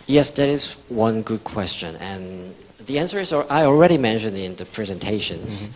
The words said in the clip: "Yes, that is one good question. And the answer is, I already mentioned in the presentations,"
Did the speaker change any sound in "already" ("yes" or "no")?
no